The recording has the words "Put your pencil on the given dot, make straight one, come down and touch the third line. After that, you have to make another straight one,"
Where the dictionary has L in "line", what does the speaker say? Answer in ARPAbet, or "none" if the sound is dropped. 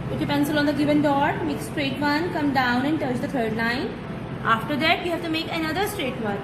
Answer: N